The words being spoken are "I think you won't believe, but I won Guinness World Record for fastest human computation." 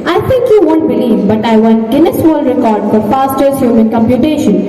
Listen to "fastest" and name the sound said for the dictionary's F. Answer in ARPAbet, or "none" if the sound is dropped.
P